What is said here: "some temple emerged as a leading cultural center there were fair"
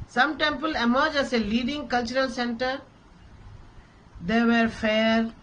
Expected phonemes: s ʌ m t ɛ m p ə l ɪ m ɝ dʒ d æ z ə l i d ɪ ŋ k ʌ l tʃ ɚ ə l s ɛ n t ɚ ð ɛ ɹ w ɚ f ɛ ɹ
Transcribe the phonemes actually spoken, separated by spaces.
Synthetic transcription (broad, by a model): s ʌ m t ɛ m p ə l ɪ m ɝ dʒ æ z ə l i d ɪ ŋ k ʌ l tʃ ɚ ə l s ɛ n t ɚ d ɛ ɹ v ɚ f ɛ ɹ